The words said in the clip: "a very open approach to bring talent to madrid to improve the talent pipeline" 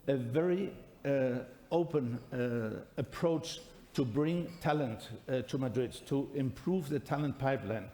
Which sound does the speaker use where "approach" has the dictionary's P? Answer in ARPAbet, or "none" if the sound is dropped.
P